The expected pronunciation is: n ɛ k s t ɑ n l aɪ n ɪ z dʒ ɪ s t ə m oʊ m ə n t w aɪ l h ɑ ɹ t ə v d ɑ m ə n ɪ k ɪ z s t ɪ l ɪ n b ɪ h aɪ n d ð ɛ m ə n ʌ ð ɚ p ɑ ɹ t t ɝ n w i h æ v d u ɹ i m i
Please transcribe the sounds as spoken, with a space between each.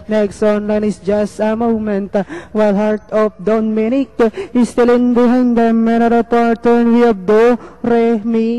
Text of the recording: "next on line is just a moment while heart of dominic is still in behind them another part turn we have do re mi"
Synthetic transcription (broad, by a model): n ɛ k s t ɑ n l aɪ n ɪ s dʒ ɪ s t ə m oʊ m ə n t w aɪ l h ɑ ɹ t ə f d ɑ m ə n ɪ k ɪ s t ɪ l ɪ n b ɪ h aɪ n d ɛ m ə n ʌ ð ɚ p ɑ ɹ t t ɝ n w i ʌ b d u ɹ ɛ m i